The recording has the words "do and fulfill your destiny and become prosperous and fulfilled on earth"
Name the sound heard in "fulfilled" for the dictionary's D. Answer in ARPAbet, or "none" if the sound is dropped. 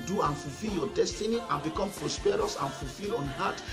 none